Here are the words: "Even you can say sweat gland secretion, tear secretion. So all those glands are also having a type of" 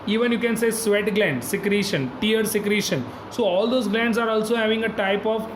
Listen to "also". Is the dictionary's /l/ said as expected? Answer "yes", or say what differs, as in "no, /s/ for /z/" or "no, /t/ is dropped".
yes